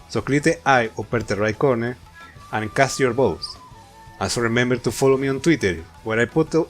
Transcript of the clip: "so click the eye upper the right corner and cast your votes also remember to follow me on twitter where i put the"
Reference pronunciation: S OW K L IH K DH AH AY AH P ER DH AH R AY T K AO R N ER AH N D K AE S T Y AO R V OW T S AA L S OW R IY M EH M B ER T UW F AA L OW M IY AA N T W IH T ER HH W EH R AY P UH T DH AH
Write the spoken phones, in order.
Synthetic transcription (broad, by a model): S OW K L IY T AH AY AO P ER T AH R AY K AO R N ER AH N K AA S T Y AO R B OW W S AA N S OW R IY M EH M B ER T UW F AA L OW M IY AA N T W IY T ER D W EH R AY P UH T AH